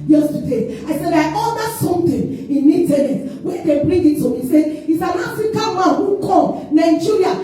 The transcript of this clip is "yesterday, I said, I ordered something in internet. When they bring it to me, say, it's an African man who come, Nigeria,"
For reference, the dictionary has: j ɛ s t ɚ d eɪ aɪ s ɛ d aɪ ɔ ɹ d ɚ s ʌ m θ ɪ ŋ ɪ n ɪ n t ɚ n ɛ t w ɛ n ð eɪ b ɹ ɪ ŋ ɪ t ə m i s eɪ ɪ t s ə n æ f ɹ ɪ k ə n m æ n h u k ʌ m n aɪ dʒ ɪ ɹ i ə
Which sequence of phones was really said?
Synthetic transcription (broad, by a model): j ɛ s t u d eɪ aɪ s ɛ d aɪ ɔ l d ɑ s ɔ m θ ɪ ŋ ɪ n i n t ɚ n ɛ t w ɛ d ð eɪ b ɹ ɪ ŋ ɪ t ə m i s eɪ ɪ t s ə n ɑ f ɹ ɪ k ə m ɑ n h u k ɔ n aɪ dʒ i ɹ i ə